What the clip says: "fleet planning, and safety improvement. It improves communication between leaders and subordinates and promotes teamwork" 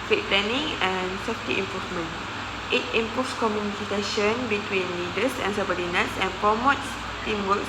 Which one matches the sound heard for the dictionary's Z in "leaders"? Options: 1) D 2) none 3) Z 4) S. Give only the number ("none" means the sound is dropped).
4